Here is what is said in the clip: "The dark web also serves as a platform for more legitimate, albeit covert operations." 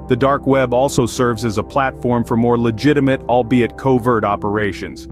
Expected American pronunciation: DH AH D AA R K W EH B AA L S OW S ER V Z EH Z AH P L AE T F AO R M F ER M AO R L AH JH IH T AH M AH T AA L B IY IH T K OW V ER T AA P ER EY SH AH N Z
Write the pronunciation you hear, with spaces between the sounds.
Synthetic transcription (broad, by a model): DH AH D AA R K W EH B AA L S OW S ER V Z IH Z AH P L AE T F AO R M F ER M AO R L AH JH IH T AH M AH T AA L B IY IH T K OW V ER T AA P ER EY SH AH N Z